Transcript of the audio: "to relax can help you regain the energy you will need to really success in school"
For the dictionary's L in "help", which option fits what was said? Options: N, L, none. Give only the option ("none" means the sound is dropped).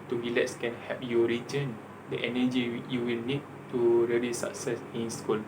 none